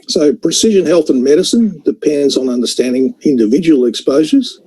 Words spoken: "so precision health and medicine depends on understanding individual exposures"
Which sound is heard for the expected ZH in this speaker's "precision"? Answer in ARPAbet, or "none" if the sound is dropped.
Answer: ZH